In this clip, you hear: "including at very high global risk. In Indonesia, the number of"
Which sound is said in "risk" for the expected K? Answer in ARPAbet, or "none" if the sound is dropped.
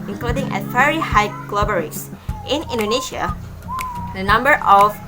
none